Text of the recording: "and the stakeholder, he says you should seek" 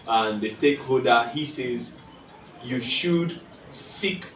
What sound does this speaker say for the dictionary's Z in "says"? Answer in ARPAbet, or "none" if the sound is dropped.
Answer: Z